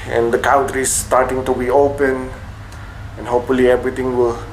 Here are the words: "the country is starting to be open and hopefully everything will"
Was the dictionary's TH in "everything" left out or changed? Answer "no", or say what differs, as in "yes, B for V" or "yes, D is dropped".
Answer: yes, T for TH